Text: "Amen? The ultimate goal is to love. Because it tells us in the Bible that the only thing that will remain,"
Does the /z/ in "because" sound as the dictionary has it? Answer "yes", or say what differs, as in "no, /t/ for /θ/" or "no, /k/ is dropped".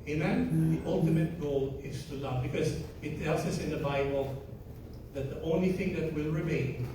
yes